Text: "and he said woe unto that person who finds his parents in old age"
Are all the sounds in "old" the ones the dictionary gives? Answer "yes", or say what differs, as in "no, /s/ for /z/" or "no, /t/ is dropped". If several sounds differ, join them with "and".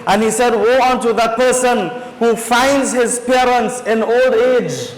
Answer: yes